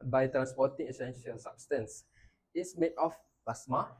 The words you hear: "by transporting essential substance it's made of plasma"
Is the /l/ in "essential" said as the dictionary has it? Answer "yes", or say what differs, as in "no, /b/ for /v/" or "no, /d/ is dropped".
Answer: yes